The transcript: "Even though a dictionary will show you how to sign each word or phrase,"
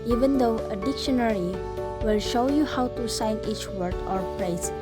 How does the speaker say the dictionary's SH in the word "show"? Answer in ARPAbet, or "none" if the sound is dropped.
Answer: SH